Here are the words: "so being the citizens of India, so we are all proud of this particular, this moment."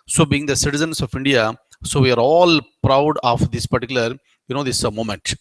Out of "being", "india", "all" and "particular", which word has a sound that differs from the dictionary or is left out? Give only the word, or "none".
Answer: particular